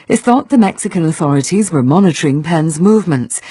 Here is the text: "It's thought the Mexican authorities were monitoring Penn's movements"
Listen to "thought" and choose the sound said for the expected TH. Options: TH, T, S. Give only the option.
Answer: TH